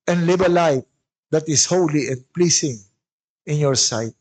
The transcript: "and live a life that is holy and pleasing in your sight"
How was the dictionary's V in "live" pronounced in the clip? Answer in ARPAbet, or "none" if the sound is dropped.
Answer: B